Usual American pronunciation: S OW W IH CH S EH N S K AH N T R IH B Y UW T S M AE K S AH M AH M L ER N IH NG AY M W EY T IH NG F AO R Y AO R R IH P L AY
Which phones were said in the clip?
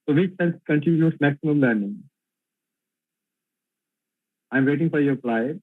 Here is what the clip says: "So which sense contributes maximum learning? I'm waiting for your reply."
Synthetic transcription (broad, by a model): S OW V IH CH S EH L K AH N T IH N Y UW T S M AE K S AH M AH M L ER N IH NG AY M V EY T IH NG F AO R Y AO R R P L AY